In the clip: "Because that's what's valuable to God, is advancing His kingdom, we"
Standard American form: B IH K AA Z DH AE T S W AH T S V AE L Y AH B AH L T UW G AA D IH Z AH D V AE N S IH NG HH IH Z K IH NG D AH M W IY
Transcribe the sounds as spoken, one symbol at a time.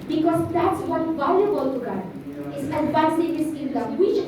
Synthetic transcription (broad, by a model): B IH K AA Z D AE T S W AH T V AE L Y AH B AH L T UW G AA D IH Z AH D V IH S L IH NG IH S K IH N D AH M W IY